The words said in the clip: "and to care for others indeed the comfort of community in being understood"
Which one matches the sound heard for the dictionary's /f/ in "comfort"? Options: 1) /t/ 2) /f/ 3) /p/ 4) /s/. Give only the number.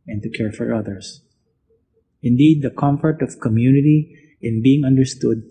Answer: 2